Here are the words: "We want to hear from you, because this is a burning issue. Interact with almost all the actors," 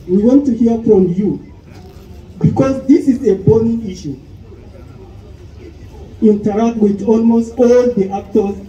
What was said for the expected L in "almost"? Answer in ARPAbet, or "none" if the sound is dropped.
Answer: L